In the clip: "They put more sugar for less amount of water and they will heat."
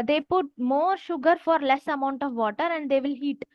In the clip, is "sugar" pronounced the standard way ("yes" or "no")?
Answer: yes